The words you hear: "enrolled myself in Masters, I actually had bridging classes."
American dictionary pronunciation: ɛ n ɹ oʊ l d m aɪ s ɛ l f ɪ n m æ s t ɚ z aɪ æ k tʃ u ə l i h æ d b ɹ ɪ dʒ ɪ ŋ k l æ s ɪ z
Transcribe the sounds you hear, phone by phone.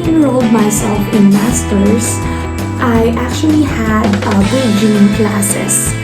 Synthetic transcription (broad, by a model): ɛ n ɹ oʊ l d m aɪ s ɛ l f ɪ n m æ s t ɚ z aɪ æ k tʃ u ə l i h æ d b ɪ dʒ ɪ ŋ k l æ s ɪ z